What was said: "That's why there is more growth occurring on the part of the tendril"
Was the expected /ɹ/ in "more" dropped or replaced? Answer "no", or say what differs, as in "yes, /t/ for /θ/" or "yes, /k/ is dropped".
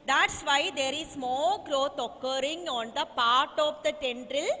yes, /l/ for /ɹ/